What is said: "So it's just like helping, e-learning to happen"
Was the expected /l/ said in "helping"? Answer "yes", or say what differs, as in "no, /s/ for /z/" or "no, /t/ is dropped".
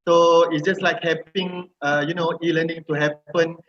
no, /l/ is dropped